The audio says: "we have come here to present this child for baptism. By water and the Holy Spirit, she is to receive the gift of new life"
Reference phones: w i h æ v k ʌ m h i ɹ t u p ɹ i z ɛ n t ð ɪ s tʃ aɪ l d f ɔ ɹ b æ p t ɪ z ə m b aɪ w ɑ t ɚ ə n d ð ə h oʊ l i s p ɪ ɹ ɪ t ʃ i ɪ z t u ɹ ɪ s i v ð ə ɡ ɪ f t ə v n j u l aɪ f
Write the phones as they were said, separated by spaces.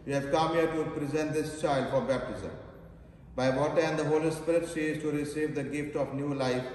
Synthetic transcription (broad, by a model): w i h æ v k ʌ m h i ɹ t u p ɹ i z ɛ n t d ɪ s tʃ aɪ l d f ɔ ɹ b æ p t ɪ z ə m b aɪ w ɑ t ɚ ə n d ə h oʊ l i s p ɪ ɹ ɪ t ʃ i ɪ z t u ɹ ɪ s i v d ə ɡ ɪ f t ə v n j u l aɪ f